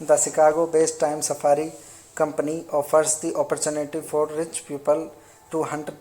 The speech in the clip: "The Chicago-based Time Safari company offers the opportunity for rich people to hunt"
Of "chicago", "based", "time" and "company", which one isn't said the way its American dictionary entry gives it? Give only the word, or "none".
chicago